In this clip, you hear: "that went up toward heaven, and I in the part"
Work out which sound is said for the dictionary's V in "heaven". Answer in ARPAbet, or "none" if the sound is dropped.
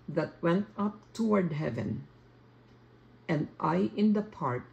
V